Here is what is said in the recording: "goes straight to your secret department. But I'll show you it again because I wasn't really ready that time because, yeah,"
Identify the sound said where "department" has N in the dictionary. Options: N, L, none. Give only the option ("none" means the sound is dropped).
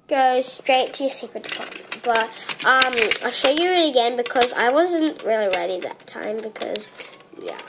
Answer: none